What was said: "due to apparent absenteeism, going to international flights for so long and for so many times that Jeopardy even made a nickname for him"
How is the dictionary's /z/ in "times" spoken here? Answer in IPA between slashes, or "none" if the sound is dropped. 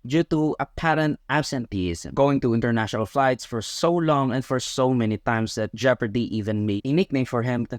/s/